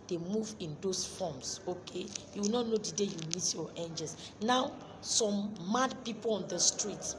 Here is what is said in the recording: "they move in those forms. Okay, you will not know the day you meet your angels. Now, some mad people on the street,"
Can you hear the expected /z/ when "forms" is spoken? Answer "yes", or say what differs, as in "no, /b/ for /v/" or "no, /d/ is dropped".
no, /s/ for /z/